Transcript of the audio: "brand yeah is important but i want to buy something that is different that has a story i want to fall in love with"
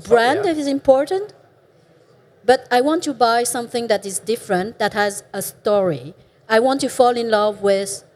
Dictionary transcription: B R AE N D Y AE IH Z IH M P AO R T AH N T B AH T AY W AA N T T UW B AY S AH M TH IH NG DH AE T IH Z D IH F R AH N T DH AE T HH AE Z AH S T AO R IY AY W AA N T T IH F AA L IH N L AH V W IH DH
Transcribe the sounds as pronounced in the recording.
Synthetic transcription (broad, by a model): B R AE N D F IH Z IH M P AO R T AH N T B AH T AY W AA N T T UW B AY S AH M TH IH NG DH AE T IH Z D IH F R AH N T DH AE T HH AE Z AH S T AO R IY AY W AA N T T IH F AA L IH N L AH V W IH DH